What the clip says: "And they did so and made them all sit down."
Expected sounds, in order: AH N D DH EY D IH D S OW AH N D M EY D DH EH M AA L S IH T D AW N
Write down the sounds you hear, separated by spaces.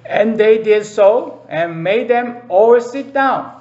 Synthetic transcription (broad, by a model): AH N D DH EY D IH D S OW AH N M EY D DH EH M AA W S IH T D AW N